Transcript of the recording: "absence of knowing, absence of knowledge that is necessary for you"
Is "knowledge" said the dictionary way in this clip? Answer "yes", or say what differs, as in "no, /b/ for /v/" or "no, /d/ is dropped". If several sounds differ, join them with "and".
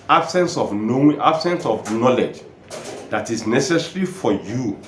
yes